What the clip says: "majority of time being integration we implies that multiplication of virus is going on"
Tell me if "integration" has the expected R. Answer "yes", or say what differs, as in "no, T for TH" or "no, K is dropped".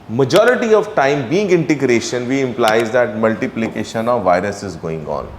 yes